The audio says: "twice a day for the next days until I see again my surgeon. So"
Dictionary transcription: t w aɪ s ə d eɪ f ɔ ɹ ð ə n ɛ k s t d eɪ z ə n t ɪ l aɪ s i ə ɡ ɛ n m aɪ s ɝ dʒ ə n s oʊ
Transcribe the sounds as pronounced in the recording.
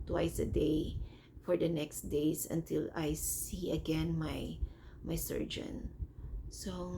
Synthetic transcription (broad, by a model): t w aɪ s ə d eɪ f ɔ ɹ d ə n ɛ k s t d eɪ s ə n t ɪ l aɪ s i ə ɡ ɛ n m aɪ s ɝ dʒ ə n s oʊ